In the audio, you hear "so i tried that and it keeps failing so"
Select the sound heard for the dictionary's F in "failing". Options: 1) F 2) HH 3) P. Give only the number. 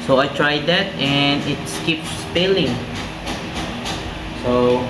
3